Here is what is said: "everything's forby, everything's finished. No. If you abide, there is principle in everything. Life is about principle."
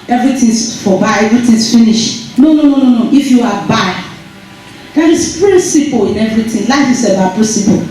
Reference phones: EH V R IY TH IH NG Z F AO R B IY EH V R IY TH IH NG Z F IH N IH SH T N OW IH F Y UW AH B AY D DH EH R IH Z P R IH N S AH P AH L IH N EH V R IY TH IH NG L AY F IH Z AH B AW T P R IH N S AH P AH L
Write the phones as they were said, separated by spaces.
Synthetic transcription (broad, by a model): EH V R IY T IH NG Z F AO B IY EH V R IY T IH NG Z F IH N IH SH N N OW IH F Y UW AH B AY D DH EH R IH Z P R IH N S AH P AH L IH N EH V R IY T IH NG L AY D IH S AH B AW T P R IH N S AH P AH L